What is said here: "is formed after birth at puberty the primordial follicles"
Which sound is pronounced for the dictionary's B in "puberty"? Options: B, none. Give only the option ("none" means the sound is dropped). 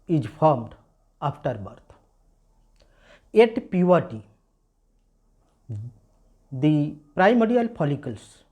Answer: none